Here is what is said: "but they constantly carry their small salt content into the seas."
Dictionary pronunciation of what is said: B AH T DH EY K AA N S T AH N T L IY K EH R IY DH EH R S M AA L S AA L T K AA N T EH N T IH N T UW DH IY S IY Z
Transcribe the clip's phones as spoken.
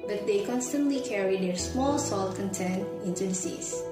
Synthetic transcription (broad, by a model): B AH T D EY K AA N S T AH N T L IY K EH R IY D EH R S M AA L S AA L T K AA N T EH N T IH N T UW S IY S